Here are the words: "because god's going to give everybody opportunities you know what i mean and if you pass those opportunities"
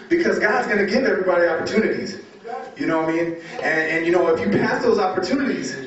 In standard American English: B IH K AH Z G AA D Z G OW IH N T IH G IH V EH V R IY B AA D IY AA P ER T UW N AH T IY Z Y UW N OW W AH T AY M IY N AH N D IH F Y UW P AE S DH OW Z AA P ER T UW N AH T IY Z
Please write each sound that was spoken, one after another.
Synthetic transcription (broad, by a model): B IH K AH Z G AA D Z G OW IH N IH G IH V EH V R IY B AA D IY AA P ER T UW N AH T IY Z Y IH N OW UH AY M IY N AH N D IH F Y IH P AE S DH OW Z AA P ER T UW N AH T IY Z